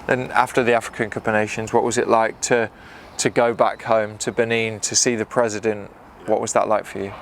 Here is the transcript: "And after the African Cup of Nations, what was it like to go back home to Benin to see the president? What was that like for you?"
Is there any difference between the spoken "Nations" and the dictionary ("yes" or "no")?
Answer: no